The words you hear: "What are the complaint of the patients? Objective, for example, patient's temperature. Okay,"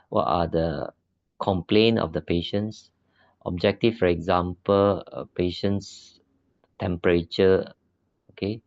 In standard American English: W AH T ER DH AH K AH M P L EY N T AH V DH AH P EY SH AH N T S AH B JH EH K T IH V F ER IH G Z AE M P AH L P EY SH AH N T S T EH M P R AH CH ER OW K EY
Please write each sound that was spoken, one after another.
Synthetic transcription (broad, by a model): W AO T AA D AH K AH M P L EY N AH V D AH P EY SH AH N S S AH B JH EH K T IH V F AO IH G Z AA M P AH L P EY SH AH N S T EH M P R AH CH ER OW K EY